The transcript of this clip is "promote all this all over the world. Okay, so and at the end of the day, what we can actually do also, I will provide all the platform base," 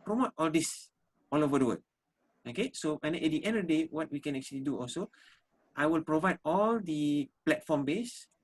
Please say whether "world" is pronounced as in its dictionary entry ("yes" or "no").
no